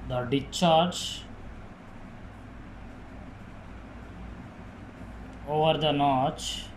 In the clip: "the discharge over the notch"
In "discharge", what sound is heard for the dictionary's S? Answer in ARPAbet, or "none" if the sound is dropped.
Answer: none